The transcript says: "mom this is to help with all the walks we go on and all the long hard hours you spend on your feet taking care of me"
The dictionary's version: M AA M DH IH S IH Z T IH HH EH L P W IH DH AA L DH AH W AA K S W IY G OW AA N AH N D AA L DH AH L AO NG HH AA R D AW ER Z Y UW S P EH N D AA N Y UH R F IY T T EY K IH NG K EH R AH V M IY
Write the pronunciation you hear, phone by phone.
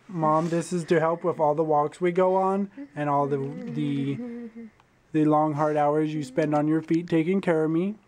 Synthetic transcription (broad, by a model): M AA M DH IH S IH Z T IH HH EH L P W IH DH AA L DH AH W AA K S W IY G OW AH N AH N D AA L DH AH L AO NG HH AA R D AW ER Z Y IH S P EH N D N Y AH R F IY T T EY K IH NG K EH R AH V M IY